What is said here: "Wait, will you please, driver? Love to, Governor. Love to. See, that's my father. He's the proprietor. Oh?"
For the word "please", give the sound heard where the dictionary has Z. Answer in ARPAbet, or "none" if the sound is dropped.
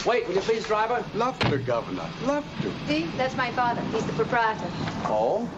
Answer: Z